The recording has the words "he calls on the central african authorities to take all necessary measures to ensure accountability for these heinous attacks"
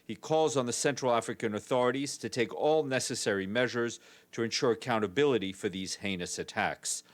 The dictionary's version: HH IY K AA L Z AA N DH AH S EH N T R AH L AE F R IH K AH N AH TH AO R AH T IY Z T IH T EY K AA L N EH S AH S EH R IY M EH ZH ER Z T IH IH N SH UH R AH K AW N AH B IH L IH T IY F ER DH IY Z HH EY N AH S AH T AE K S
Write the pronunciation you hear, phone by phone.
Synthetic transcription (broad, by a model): HH IY K AA L Z N DH AH S EH N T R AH L AE F R IH K AH N AH TH AO R AH T IY Z T IH T EY K AA L N EH S AH S EH R IY M EH ZH ER Z T IH IH N SH UH R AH K AW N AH B IH L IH T IY F ER DH IY Z HH EY N AH S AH T AE K S